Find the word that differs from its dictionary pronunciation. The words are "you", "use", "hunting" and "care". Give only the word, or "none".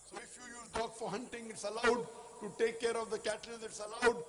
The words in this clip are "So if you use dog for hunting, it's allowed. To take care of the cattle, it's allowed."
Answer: use